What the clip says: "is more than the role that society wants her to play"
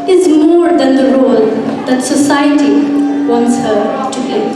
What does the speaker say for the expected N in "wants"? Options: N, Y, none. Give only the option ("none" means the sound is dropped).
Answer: N